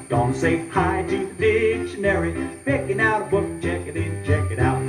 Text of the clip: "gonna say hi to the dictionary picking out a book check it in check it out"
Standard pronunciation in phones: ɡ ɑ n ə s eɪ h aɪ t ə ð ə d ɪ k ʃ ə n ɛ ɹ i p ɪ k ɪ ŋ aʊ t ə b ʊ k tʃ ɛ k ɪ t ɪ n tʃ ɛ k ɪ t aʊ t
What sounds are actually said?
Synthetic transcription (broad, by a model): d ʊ n s eɪ h aɪ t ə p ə d ɪ k ʃ ə n ɛ ɹ i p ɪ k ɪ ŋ aʊ t ə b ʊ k tʃ ɛ k ɪ t ɪ n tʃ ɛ k ɪ t aʊ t